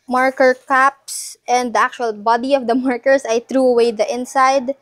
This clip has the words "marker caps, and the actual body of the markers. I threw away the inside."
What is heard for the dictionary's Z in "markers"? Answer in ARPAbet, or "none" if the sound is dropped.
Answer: S